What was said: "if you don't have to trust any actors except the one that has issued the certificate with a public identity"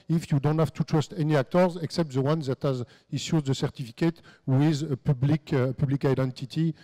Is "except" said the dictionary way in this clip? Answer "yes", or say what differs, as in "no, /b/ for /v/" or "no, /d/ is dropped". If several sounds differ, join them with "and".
yes